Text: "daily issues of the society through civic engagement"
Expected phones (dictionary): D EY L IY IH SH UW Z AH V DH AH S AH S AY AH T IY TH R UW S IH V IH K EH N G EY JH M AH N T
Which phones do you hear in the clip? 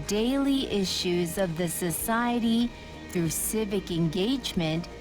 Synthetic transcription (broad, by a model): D EY L IY IH SH UW Z AH V DH AH S AH S AY AH T IY TH R UW S IH V IH K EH N G EY JH M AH N T